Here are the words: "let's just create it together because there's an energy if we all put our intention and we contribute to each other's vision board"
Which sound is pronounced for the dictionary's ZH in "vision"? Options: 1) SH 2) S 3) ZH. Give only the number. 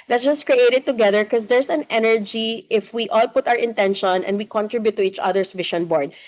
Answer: 1